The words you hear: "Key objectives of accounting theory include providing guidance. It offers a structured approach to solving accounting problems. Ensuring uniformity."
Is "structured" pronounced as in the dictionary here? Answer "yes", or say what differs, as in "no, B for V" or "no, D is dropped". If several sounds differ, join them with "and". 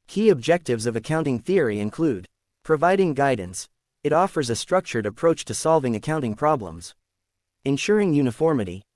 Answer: yes